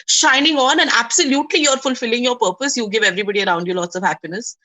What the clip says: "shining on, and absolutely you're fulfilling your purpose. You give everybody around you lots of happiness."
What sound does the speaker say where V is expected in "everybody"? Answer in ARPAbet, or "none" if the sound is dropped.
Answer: V